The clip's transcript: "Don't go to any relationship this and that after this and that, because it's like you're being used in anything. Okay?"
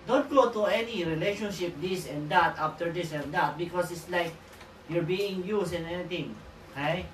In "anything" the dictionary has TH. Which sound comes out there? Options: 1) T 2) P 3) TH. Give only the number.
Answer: 1